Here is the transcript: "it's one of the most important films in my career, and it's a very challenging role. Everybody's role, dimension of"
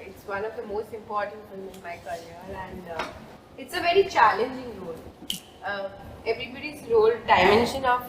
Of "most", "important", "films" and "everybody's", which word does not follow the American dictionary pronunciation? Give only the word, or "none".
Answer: films